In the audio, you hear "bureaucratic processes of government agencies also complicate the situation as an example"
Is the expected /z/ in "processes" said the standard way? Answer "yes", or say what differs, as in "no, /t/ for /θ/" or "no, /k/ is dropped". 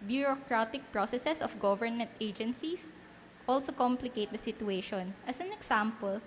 no, /s/ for /z/